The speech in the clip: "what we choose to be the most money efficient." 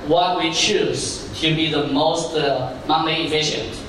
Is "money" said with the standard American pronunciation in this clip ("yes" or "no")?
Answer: no